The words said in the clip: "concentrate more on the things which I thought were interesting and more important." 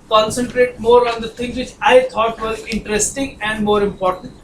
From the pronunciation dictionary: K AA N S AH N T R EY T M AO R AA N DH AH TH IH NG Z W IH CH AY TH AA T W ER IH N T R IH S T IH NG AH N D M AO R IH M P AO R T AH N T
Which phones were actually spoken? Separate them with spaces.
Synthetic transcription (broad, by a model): K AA N S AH N T R EY T M AO R AA N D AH T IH NG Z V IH CH AY T AA T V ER IH N T R IH S T IH NG AH N D M AO R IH M P AO R T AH N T